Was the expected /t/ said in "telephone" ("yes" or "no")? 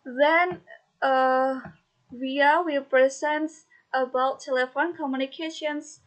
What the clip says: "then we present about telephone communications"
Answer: yes